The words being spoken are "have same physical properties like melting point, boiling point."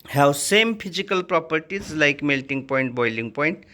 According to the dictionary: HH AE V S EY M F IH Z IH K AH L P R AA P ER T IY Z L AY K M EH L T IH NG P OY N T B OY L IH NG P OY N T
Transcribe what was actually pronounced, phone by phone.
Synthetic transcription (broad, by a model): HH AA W S EY M P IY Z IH K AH L P R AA P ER T IY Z L AY K M EH L T IH NG P OY N T B OY L IH NG P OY N T